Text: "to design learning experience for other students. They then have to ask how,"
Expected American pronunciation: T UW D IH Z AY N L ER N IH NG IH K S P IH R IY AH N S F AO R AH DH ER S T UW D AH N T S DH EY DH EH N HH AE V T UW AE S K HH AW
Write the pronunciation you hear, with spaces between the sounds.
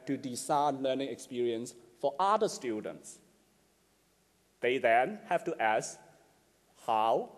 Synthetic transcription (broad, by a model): T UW D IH S AY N L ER N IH NG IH K S P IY R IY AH N S F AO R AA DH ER S T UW D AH N T S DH EY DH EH N HH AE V T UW AE S K HH AW